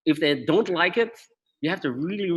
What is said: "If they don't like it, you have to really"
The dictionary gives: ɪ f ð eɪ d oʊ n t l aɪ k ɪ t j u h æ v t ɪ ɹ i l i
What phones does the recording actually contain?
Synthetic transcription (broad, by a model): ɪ f ð eɪ d oʊ n t l aɪ k ɪ t j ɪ h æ f t ɪ ɹ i l i